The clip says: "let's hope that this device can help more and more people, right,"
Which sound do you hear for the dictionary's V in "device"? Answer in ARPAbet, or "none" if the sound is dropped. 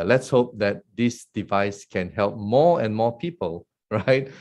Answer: V